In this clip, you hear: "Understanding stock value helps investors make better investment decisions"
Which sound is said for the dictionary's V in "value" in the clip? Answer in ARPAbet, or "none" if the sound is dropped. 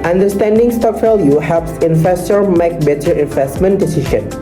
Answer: F